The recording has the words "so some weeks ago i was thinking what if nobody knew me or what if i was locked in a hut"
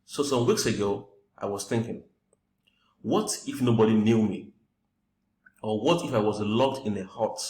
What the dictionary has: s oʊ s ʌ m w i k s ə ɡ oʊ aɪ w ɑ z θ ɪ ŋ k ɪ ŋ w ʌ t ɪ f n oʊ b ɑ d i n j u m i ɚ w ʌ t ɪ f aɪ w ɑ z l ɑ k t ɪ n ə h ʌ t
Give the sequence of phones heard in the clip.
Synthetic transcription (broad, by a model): s oʊ s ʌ m w i k s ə ɡ oʊ aɪ w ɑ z θ ɪ ŋ k ɪ ŋ w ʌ t ɪ f n oʊ b ɑ d i n j u m i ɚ w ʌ t ɪ f aɪ w ɑ z l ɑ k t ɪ n ə h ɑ t